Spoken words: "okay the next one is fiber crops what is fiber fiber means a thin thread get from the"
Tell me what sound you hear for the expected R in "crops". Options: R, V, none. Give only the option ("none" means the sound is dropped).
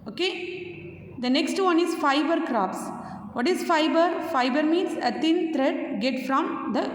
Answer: R